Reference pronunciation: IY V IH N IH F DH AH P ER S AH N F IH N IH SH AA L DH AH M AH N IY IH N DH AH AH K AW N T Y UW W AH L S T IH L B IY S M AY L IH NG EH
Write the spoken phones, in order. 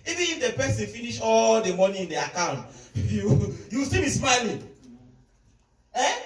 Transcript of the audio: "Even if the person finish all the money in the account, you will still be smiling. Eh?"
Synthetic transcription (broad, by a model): IY V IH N IH F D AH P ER S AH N F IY N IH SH AA L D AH M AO N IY IH N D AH AH K AW N T Y UW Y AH W S T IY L B IY S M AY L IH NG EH